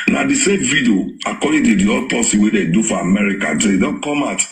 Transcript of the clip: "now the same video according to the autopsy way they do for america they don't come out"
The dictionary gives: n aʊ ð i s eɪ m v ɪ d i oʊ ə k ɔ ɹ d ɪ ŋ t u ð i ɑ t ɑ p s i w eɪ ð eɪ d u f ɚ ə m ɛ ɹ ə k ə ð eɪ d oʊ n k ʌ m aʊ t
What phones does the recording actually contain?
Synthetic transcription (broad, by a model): n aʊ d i s eɪ m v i d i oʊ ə k ɔ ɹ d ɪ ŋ t u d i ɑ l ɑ s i w eɪ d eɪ d u f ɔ ə m ɛ ɹ ə k ə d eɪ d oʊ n k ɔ m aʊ t